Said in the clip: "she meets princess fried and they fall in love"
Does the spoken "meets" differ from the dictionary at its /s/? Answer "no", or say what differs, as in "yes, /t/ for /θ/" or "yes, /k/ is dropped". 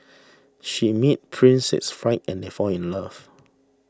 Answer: yes, /s/ is dropped